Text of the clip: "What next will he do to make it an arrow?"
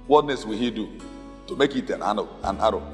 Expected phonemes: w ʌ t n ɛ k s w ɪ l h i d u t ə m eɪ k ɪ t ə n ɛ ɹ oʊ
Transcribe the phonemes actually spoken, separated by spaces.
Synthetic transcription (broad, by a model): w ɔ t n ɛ s w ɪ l h i d u t ə m eɪ k ɪ t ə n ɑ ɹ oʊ